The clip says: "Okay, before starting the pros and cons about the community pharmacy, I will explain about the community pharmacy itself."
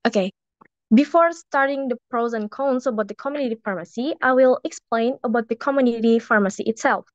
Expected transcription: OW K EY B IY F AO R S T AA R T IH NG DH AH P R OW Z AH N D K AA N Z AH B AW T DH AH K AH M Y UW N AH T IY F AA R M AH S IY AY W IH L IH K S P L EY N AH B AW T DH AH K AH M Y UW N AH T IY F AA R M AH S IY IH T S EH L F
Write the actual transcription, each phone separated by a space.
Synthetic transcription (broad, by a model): OW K EY B IY F AO R S T AA R T IH NG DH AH P R OW Z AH N K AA N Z AH B AW T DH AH K AH M Y UW N AH T IY F AA R M AH S IY AY W IH L IH K S P L EY N AH B AW T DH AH K AH M Y UW N AH T IY F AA R M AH S IY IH T S EH L F